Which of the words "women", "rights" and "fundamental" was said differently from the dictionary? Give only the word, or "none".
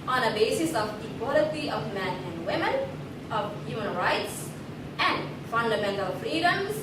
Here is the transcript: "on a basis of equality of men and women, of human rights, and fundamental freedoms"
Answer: none